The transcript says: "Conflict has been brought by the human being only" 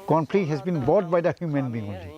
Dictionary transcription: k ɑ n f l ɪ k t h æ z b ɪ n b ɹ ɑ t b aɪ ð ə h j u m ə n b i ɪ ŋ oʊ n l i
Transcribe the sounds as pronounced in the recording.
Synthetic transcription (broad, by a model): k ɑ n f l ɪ h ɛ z b ɪ n b ɑ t b aɪ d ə h j u m ə n b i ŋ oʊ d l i